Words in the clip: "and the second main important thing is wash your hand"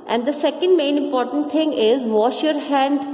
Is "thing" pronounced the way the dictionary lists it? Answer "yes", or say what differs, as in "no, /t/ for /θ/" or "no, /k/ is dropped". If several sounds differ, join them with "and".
no, /t/ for /θ/